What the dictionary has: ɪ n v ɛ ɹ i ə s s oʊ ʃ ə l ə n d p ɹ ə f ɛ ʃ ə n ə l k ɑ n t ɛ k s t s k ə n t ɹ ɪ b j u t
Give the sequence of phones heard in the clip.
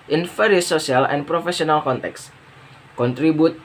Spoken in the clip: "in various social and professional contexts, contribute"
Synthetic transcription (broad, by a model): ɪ n f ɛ ɹ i s s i ə l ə n p ɹ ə f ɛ s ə n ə l k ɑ n t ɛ k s s k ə n t ɹ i b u t